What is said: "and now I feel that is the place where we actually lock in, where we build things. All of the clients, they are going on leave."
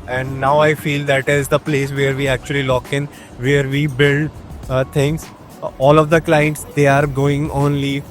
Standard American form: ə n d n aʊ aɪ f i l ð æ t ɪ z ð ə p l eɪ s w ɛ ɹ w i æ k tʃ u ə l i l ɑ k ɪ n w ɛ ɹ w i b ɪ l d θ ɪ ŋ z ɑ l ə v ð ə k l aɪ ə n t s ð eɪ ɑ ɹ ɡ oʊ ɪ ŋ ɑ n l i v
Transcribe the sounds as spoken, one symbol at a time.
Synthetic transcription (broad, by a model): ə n d n aʊ aɪ f i l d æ t ɪ z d ə p l eɪ s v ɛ ɹ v i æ k tʃ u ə l i l ɑ k ɪ n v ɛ ɹ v i b ɪ l d t ɪ ŋ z ɑ l ə v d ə k l aɪ ə n t s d eɪ ɑ ɹ ɡ oʊ ɪ ŋ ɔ n l i